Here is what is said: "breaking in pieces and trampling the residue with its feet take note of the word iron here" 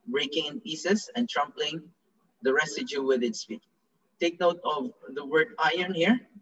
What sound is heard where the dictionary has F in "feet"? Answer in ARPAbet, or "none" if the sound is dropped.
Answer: P